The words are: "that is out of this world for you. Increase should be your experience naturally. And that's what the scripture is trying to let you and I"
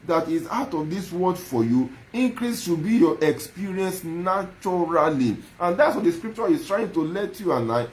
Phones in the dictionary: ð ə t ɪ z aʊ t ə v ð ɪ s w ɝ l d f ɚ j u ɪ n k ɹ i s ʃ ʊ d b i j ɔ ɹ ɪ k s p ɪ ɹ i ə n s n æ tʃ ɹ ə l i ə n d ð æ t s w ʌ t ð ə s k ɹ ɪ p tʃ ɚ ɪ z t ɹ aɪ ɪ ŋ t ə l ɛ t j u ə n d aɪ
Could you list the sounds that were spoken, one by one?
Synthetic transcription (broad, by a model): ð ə t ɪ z aʊ t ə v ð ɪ s w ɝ d f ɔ j u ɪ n k ɹ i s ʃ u b i j ɔ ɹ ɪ k s p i ɹ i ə n s n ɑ tʃ ɹ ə l i ə n d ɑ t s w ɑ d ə s k ɹ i p tʃ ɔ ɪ s t ɹ aɪ ɪ ŋ t ə l ɛ t j u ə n aɪ